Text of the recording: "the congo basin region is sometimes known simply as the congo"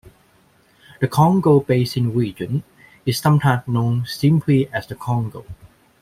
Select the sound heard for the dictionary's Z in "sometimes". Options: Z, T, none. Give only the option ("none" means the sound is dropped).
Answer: none